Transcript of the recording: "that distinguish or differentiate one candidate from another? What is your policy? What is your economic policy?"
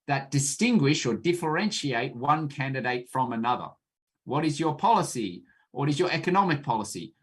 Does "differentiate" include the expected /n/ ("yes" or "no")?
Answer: yes